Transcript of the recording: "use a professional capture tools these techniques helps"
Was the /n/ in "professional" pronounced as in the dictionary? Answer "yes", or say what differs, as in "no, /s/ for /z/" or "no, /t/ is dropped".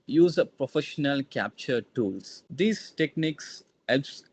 yes